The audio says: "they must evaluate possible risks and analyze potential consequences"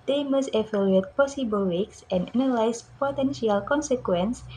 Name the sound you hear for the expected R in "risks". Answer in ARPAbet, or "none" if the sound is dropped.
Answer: W